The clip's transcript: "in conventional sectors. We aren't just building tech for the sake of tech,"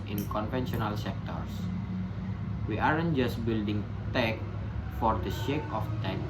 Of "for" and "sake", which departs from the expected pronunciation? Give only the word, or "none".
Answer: sake